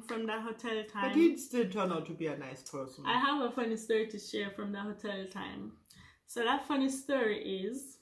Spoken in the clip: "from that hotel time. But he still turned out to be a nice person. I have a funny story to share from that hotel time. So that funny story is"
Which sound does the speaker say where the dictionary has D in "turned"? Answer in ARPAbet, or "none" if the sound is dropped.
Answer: none